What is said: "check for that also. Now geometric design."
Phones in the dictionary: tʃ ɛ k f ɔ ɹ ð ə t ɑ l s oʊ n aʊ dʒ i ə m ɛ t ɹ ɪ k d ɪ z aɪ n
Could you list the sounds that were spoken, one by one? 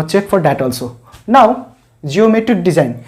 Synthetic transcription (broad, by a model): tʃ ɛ k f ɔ ɹ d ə t ɑ l s oʊ n aʊ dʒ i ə m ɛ t ɪ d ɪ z aɪ n